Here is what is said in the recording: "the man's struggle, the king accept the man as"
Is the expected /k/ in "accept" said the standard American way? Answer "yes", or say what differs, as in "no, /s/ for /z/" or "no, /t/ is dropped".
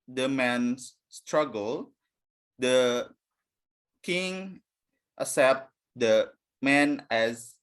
no, /k/ is dropped